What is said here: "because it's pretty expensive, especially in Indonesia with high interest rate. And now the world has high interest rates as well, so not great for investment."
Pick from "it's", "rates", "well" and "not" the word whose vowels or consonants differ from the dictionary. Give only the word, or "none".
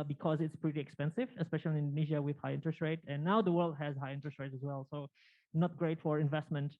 rates